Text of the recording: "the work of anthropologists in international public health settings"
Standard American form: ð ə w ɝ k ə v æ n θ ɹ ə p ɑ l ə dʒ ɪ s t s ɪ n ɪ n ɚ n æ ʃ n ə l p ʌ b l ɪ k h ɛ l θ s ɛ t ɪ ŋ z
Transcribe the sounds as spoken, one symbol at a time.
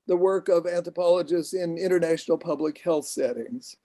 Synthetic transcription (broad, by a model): ð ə w ɝ k ə v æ n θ ɹ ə p ɑ l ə dʒ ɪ s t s ɪ n ɪ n ɚ n æ ʃ n l p ʌ b l ɪ k h ɛ l θ s ɛ t ɪ ŋ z